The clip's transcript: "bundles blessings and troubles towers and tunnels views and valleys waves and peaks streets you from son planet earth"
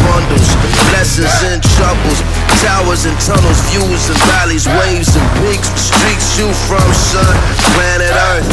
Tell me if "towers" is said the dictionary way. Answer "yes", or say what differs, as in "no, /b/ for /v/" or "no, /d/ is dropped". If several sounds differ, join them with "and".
yes